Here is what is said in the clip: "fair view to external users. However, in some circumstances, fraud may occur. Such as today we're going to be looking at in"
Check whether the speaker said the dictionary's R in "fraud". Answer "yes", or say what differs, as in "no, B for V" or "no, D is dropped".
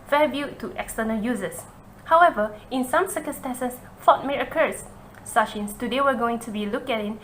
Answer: no, R is dropped